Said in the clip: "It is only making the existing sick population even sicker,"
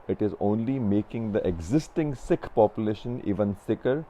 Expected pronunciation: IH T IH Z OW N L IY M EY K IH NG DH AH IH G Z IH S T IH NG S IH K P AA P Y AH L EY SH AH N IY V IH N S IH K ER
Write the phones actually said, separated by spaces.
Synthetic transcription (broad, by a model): IH T IH Z OW N L IY M EY K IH NG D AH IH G Z IH S T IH NG S IH K P AA P Y AH L EY SH AH N IY V IH N S IH K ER